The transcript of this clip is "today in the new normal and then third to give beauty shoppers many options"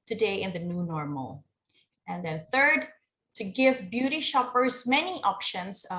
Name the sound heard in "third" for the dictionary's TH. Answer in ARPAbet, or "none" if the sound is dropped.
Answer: TH